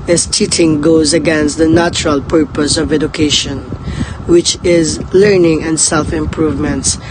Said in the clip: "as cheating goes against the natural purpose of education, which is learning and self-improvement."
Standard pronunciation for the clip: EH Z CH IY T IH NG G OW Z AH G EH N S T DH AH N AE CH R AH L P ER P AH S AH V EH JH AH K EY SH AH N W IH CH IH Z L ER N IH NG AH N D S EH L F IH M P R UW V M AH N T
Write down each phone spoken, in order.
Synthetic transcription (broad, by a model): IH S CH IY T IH NG G OW Z AH G EH N S T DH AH N AE CH R AH L P ER P AH S AH V EH JH AH K EY SH AH N W IH CH IH Z L ER N IH NG AH N D S EH L F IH M P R UW V M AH N T